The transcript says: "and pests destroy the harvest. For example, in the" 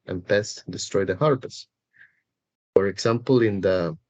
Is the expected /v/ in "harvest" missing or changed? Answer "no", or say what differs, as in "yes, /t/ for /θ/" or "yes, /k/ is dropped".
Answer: yes, /p/ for /v/